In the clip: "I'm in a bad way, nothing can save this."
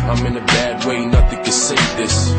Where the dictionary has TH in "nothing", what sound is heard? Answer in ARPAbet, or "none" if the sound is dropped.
TH